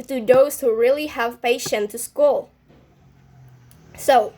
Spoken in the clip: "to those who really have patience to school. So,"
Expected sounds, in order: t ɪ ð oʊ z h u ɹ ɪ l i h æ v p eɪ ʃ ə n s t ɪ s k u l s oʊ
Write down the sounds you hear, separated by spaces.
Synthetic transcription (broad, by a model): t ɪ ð oʊ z h u ɹ ɪ l i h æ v p eɪ ʃ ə n t ɪ s k u l s oʊ